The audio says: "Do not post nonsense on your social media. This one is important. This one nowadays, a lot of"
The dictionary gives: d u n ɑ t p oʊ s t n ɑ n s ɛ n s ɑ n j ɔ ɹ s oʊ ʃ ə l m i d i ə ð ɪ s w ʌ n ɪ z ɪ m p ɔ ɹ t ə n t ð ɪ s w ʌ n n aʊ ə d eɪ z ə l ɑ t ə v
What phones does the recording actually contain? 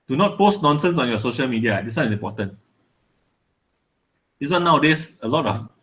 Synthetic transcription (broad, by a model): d u n ɑ t p oʊ s t n ɑ n s ɛ n s ɑ n j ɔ s oʊ ʃ ə l m i d i ə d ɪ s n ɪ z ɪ m p ɔ t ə n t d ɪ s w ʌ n n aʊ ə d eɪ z ə l ɑ t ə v